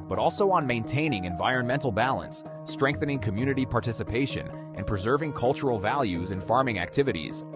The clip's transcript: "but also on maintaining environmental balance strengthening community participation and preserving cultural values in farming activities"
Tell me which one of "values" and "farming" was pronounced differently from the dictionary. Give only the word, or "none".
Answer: none